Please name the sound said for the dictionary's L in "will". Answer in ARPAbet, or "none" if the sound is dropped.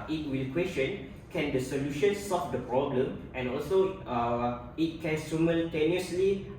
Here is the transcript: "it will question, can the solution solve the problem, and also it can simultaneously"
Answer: L